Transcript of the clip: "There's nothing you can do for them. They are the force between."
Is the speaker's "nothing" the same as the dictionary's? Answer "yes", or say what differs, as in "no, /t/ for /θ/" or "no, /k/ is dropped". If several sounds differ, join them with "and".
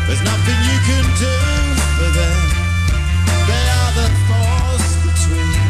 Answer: yes